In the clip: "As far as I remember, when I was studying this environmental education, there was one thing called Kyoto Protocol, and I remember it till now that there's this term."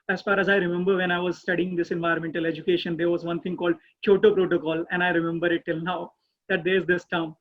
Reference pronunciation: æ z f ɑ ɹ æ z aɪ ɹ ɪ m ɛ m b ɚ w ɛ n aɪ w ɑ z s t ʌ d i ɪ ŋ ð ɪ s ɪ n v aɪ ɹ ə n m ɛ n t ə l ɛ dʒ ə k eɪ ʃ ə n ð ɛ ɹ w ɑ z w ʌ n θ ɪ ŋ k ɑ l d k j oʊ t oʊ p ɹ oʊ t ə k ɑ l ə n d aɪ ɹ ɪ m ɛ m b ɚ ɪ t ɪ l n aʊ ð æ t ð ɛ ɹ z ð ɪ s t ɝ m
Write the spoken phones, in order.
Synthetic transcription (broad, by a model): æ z f ɑ ɹ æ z aɪ ɹ ɪ m ɛ m b ɚ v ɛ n aɪ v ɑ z s t ʌ d i ɪ ŋ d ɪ s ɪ n v aɪ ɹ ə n m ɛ n t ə l ɛ dʒ ə k eɪ ʃ ə n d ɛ ɹ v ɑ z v ʌ n t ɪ ŋ k ɑ l d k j oʊ t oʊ p ɹ oʊ t ə k ɑ l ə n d aɪ ɹ ɪ m ɛ m b ɚ ɪ t ɪ l n aʊ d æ t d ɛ ɹ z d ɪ s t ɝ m